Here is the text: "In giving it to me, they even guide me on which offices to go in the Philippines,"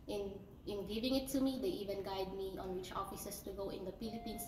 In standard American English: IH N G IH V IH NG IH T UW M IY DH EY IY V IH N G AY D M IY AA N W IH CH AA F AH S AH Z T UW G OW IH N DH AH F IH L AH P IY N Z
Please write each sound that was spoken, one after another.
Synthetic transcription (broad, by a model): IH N G IH V IH NG IH T UW M IY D EY IY V IH N G AY D M IY AA N W IH CH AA F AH S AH S T UW G OW IH N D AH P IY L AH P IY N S